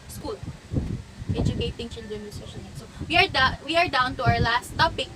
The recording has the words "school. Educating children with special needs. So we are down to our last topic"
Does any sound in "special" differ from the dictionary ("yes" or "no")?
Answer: yes